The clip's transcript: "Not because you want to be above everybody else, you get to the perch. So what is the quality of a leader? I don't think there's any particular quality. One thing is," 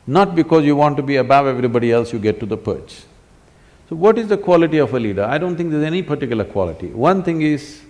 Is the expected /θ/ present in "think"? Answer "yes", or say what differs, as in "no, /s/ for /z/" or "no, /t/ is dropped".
no, /t/ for /θ/